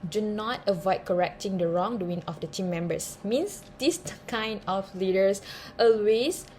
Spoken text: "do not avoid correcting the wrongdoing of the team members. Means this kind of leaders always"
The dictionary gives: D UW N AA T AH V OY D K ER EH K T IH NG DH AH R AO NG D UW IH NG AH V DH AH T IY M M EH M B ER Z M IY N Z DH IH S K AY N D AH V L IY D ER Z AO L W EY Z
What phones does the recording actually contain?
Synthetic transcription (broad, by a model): D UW N AA T AH V OY D K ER EH K T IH NG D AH R AO NG D UW IH NG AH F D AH T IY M M EH M B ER S M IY N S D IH S K AY N D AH F L IY D ER S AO L W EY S